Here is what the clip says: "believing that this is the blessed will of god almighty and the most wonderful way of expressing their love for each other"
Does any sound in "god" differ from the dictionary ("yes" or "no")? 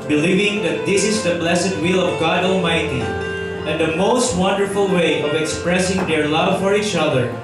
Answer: no